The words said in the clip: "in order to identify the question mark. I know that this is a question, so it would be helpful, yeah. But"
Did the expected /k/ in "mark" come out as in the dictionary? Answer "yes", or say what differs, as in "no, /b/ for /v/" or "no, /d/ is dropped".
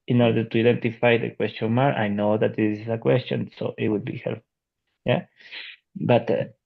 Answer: no, /k/ is dropped